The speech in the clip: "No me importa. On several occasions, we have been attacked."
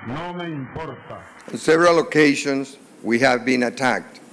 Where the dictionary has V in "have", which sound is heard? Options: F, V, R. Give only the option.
V